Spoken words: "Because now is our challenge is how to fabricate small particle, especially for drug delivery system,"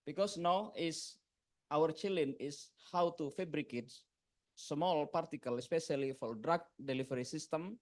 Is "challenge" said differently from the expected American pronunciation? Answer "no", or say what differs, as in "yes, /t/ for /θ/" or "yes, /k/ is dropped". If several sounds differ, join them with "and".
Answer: yes, /dʒ/ is dropped